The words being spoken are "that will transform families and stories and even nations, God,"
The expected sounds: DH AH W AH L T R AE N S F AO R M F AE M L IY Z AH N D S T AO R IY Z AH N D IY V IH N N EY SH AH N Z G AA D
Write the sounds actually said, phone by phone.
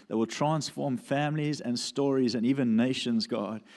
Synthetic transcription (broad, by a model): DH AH W AH L T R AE N S F AO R M F AE M L IY Z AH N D S T AO R IY Z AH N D IY V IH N N EY SH AH N Z G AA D